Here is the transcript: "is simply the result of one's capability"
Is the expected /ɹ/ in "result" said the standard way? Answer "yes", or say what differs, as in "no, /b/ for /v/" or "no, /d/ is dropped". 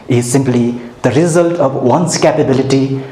yes